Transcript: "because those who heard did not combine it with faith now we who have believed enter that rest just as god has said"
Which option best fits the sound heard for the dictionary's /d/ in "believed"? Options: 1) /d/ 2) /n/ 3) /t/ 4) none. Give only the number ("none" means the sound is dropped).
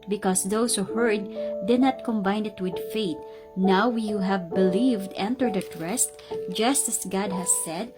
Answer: 1